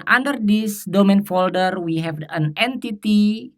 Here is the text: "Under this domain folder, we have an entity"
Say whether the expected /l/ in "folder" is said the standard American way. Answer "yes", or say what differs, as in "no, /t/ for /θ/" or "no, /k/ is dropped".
yes